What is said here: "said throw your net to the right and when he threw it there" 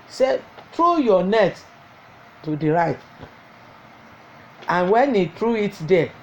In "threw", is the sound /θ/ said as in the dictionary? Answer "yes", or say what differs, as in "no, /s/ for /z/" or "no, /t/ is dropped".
no, /t/ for /θ/